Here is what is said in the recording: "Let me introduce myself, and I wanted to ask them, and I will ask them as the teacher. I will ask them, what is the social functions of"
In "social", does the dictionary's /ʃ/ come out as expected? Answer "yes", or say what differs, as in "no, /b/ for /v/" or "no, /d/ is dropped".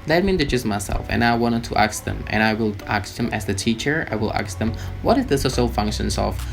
no, /s/ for /ʃ/